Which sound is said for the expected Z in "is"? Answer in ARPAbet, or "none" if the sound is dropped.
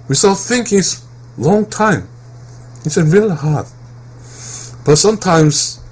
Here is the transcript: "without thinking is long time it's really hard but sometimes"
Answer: S